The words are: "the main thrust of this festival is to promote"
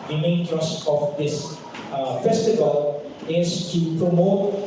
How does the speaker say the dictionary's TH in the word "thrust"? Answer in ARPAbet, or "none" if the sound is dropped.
T